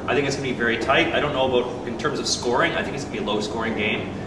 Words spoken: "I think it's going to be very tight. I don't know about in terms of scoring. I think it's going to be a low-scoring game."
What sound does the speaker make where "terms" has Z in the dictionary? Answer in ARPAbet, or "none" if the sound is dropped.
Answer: Z